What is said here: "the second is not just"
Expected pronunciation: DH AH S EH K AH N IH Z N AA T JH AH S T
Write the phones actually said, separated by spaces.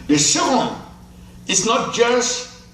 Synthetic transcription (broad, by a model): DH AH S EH AH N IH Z N AA T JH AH S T